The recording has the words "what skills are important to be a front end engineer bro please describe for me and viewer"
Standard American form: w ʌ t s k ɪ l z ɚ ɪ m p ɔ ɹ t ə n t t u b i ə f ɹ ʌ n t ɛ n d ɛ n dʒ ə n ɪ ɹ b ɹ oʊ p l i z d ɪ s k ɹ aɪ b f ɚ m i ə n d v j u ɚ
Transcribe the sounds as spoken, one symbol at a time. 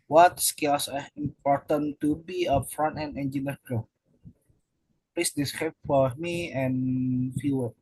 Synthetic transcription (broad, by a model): w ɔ t s k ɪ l s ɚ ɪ m p ɔ ɹ t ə n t t u b i ə f ɹ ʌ n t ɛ n ɛ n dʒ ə n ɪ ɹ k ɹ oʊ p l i s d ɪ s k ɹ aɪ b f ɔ m i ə n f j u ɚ